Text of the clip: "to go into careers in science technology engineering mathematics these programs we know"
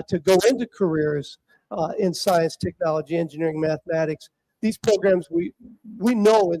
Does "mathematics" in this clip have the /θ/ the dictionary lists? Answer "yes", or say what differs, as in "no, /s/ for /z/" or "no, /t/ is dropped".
yes